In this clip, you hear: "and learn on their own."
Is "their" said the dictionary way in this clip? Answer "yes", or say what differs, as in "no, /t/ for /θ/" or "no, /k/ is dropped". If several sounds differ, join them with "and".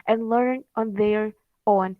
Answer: yes